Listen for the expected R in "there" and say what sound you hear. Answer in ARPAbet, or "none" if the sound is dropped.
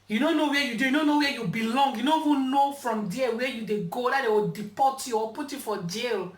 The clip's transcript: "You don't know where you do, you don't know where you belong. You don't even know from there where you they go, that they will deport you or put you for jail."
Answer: L